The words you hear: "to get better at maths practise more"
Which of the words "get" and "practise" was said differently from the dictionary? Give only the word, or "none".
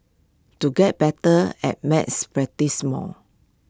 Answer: practise